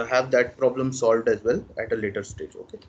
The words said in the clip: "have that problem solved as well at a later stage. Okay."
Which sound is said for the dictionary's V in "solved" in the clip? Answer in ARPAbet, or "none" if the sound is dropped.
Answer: V